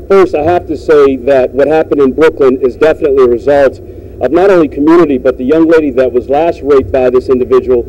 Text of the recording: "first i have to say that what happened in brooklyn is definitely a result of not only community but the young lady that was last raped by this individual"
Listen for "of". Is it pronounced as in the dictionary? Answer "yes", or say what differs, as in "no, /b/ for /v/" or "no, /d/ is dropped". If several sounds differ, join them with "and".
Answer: yes